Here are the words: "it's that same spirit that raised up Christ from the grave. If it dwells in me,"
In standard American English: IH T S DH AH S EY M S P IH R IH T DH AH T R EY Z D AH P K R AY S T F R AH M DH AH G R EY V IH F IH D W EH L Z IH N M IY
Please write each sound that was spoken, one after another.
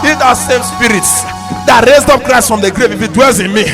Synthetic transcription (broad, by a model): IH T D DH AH S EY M S P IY R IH T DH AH T R EY Z D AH P K R AY S T F R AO M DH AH G R EY V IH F IH D W EH L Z IH N M IY